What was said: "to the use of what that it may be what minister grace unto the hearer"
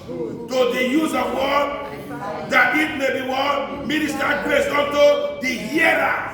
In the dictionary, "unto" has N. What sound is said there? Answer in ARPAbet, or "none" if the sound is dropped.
none